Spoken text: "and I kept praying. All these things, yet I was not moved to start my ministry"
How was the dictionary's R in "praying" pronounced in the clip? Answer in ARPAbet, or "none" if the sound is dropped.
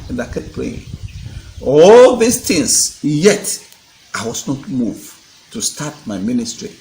L